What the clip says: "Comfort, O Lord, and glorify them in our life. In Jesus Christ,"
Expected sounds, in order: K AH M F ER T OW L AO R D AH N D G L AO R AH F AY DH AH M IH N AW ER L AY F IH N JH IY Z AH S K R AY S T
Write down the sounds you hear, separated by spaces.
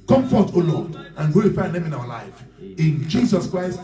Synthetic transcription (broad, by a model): K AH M F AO T OW L AO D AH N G AO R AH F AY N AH M IH N AW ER L AY F IH N JH IY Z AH S K R AY S T